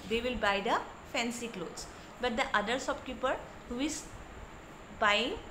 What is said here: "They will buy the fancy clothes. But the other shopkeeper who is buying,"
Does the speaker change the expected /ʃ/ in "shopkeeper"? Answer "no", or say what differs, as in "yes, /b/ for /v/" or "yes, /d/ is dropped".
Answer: yes, /s/ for /ʃ/